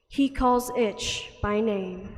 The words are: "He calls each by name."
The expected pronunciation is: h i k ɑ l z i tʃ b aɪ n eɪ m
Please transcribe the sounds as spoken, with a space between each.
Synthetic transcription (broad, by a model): h i k ɑ l z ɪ tʃ b aɪ n eɪ m